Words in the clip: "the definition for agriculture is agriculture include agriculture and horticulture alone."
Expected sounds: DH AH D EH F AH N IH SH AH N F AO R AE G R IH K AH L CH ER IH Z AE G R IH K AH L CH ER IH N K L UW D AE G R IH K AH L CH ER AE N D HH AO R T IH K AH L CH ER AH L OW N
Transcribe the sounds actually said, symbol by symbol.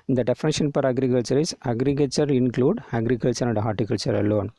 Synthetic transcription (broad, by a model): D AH D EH F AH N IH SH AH N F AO R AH G R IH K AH L CH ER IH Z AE G R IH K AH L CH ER IH N K L UW D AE G R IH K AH L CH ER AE N D HH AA R T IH K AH L CH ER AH L OW N